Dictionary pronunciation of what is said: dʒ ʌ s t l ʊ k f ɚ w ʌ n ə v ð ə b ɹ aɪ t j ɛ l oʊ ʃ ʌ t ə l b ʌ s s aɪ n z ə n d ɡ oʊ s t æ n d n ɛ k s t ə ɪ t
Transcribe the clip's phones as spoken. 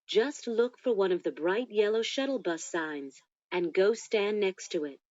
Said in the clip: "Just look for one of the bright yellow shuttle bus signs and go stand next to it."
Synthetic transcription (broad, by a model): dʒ ʌ s t l ʊ k f ɚ w ʌ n ə v ð ə b ɹ aɪ t j ɛ l oʊ ʃ ʌ t l b ʌ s s aɪ n z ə n ɡ oʊ s t æ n n ɛ k s t ə ɪ t